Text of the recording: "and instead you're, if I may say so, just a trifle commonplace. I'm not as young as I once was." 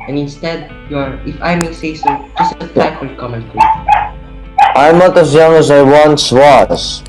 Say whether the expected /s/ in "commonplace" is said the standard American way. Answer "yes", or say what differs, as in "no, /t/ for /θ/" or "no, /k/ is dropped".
no, /s/ is dropped